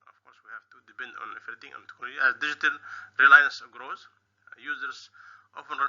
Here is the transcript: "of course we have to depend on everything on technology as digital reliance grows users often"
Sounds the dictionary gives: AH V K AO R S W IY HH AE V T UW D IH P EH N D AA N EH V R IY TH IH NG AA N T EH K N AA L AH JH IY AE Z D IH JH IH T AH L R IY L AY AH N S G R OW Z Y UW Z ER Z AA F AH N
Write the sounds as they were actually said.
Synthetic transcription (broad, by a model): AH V K AO R S W IY HH AE V T UW D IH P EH N D AA N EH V R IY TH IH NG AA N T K AA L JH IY AE Z D IH JH IH T AH L R IY L AY AH N S G R OW Z Y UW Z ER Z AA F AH N